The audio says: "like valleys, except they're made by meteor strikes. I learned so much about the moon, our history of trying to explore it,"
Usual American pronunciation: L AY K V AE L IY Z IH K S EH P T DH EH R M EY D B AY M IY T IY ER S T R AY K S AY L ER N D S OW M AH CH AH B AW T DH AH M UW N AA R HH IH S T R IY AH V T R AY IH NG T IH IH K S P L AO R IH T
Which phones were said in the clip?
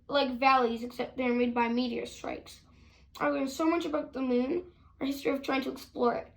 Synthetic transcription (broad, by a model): L AY K V AE L IY Z IH K S EH P T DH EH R M EY D B AY M IY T IY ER S T R AY K S AY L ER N S OW M AH CH AH B AW T DH AH M UW N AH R HH IH S T R IY AH V T R AY IH NG T IH IH K S P L AO R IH T